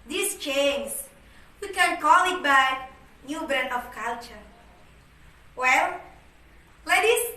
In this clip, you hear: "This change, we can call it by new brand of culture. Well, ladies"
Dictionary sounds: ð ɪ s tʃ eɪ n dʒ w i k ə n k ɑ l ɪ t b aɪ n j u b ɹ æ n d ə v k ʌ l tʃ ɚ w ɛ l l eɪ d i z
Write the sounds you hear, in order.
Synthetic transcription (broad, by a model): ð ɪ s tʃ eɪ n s w i k ə n k ɑ l ɪ t b aɪ n j u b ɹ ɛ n ə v k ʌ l tʃ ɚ w ɛ l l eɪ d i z